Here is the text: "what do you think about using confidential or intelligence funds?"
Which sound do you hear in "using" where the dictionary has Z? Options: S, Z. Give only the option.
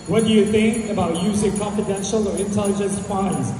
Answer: Z